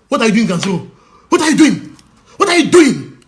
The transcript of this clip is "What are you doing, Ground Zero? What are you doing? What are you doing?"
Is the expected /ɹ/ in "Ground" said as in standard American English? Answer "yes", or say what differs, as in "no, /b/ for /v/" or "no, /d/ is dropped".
no, /ɹ/ is dropped